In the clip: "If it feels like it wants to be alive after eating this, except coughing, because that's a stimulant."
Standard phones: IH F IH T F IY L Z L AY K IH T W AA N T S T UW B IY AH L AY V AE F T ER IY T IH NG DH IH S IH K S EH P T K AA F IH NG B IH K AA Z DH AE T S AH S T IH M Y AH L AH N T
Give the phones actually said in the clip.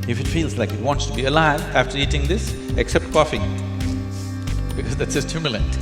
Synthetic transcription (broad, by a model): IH F IH T F IY L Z L AY K IH T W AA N T S T UW B IY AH L AY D AE F T ER IY T IH NG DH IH S IH K S EH P T K AA F IH NG B IH K AA Z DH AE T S AH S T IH M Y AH L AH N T